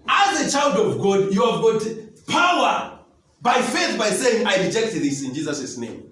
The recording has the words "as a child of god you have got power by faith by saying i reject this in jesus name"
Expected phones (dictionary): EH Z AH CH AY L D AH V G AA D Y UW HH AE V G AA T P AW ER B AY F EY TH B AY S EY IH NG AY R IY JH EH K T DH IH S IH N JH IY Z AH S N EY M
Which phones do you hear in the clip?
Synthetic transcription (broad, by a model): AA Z AH CH AY L D AH V G AA D Y UW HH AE V G AA T P AW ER B AY F EY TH B AY S EY IH NG AY R IY JH EH K T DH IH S IH N JH IY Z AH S N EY M